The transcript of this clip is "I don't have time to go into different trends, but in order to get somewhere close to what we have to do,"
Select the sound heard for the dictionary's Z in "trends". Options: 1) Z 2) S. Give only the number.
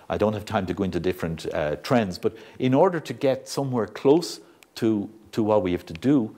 1